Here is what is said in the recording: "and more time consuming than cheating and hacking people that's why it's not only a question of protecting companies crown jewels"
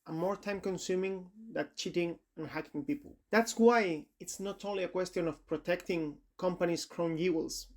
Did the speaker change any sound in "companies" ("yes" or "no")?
yes